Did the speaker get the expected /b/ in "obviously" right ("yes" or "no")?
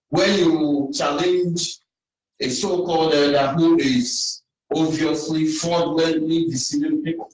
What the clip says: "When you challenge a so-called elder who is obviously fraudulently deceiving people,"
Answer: no